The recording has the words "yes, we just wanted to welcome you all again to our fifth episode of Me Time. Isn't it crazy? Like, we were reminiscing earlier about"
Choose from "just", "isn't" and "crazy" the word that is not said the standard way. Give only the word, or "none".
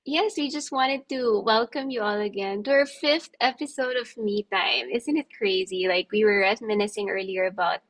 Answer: none